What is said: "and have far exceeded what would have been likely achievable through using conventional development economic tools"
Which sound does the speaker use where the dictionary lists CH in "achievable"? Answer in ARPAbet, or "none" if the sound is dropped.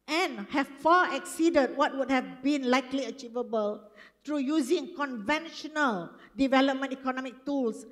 CH